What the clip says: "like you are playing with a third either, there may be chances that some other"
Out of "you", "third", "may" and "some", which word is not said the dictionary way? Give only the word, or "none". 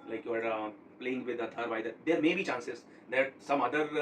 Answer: third